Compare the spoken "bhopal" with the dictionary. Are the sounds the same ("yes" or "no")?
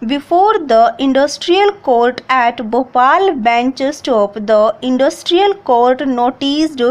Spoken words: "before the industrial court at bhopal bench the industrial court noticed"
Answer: yes